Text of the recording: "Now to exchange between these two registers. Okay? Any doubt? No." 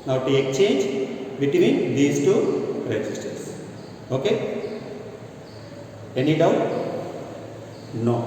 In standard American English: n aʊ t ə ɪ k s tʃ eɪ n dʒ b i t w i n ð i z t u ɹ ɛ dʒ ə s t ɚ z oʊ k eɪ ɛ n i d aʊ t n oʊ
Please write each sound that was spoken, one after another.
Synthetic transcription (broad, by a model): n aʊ t ə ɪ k tʃ eɪ n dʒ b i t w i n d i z t u ɹ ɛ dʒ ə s t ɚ s oʊ k eɪ ɛ n i d aʊ t n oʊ